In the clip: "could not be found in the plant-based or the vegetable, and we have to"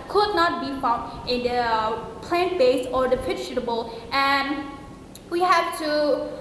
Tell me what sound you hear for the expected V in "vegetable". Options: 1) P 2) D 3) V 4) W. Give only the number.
1